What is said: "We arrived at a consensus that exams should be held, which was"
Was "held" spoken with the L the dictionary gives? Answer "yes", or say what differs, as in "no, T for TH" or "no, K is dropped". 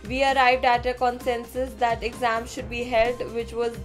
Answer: yes